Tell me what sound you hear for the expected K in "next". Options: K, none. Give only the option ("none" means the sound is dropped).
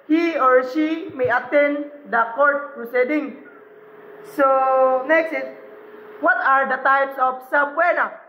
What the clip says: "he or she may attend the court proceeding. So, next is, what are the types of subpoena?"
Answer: K